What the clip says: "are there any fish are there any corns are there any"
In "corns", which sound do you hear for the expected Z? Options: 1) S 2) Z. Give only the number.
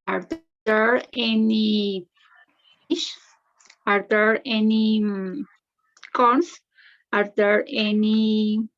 1